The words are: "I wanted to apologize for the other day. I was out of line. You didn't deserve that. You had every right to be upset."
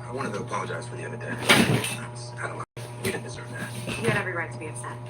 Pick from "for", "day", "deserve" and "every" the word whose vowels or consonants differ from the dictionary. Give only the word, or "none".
none